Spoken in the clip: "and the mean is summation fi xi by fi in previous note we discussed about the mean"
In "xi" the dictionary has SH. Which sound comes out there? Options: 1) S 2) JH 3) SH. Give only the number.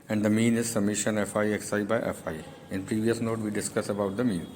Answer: 1